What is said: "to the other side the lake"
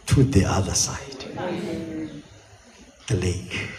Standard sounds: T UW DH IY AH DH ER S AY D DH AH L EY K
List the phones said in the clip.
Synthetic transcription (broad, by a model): T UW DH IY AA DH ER S AY D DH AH L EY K